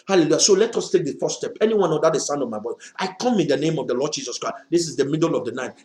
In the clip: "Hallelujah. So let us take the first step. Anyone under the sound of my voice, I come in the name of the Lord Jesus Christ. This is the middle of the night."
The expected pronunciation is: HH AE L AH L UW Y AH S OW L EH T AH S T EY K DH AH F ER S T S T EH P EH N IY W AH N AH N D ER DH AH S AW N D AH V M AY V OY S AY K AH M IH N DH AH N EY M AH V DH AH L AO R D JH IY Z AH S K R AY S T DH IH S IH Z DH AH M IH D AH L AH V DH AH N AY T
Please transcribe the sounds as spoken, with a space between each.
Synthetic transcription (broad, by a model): HH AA L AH L UW Y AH S OW L EH T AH S T EY K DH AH F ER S S T EH P EH N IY W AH N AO D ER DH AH S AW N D AH V M AY B OY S AY K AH M IH N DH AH N EY M AH V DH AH L AO D JH IY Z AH S K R AY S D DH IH S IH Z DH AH M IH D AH L AH V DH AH N AY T